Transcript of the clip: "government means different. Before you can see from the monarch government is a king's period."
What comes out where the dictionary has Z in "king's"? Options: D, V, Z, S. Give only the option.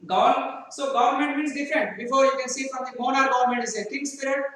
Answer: S